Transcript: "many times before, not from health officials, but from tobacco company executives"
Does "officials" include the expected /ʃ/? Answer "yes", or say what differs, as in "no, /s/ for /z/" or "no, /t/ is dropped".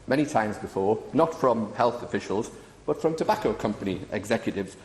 yes